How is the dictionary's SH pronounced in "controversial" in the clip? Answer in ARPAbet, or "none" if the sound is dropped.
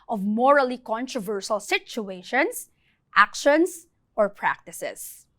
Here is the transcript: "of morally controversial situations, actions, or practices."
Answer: S